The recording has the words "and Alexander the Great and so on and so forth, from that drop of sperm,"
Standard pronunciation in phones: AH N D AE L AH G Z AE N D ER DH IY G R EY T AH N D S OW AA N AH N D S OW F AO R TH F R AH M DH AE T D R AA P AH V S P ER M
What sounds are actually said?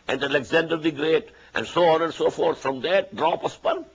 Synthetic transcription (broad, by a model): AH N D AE L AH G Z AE N D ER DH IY G R EY T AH N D S OW AA N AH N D S OW F AO R T F R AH M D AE T D R AA P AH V S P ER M